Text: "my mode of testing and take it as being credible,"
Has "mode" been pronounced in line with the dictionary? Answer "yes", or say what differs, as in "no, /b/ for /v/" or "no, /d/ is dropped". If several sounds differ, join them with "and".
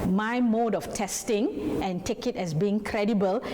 yes